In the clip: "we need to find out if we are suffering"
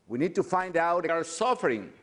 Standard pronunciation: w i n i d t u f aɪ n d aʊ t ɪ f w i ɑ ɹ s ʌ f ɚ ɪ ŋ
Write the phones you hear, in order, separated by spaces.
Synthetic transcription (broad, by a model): w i n i d t u f aɪ n d aʊ t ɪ ɑ ɹ s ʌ f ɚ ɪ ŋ